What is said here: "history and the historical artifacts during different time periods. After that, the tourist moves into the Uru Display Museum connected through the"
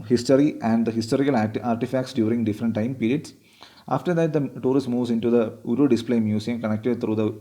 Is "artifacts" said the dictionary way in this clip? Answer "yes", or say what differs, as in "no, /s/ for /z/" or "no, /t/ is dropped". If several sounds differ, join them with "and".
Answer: yes